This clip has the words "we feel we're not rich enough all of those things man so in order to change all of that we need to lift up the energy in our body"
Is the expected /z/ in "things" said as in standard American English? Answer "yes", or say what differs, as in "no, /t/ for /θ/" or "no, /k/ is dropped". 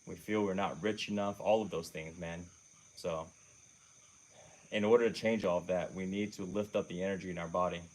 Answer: yes